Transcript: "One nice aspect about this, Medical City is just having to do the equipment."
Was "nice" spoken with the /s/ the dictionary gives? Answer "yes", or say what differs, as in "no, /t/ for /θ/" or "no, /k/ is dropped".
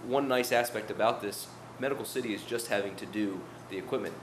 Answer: yes